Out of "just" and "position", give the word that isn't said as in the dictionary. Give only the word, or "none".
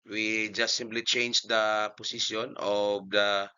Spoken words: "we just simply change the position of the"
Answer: position